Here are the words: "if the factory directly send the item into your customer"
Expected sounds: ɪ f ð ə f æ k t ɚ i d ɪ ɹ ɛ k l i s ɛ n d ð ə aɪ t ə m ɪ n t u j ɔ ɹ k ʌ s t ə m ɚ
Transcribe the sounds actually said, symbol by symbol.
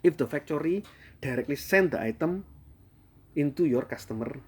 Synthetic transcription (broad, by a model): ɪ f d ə f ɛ k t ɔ i d ɪ ɹ ɛ k l i s ɛ n d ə aɪ t ə m ɪ n t u j ɔ ɹ k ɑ s t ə m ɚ